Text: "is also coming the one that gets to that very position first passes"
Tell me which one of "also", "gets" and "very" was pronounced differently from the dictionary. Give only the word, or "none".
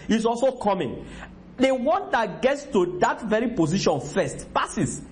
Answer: none